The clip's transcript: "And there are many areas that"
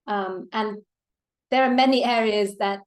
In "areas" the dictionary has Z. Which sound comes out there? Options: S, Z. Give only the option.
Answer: Z